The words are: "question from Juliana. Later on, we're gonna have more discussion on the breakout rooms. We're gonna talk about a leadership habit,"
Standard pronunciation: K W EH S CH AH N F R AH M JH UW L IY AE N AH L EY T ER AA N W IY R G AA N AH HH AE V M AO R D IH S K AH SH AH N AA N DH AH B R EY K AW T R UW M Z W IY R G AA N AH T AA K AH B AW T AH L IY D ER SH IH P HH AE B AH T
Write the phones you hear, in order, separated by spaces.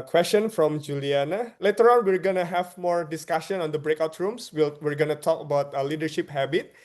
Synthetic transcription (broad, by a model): K W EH S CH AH N F R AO M JH UW L IY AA N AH L EY T ER AA N W IY R G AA N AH HH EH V M AO R D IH S K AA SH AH N AA N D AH B R EY K AW T R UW M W W IY R G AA N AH T AA K AH B AW T AH L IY D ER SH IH P HH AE B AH T